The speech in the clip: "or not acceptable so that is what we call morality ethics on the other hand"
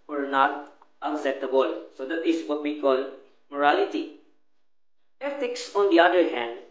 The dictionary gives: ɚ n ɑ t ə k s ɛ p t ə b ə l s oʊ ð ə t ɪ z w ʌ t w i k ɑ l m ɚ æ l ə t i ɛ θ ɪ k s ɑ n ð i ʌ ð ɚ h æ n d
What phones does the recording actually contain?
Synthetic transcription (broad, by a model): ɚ n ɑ t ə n s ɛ t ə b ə l s oʊ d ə t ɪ s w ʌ t w i k ɑ l m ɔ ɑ l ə t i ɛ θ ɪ k s ɑ n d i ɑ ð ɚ h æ n d